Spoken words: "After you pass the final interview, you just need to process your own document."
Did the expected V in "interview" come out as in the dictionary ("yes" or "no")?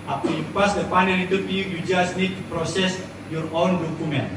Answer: no